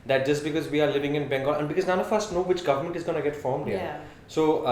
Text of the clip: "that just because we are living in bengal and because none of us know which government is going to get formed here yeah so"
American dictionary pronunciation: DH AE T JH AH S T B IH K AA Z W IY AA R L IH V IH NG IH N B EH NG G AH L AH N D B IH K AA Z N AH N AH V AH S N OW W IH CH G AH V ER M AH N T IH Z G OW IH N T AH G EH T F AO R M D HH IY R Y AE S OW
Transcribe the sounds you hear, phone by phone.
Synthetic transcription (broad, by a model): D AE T JH AH S T B IH K AA Z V IY AA R L IH V IH NG IH N B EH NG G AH N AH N B IH K AA Z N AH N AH F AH S N OW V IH CH G AH V ER M AH N T IH Z G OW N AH G EH T F AO R M D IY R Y S OW